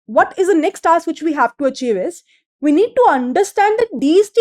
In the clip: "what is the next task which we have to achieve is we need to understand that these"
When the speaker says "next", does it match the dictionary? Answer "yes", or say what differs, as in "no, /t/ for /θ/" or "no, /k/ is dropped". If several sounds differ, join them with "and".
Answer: yes